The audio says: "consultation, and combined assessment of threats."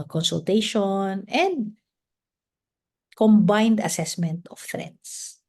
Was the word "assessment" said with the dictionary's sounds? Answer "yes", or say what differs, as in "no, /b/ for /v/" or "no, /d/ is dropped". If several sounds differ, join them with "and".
yes